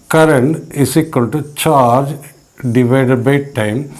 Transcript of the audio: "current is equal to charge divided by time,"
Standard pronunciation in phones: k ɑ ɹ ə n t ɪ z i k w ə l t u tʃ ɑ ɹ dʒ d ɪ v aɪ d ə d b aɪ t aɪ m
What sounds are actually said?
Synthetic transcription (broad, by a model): k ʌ ɹ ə n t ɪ s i k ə n t u tʃ ɑ ɹ dʒ d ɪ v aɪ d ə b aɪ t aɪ m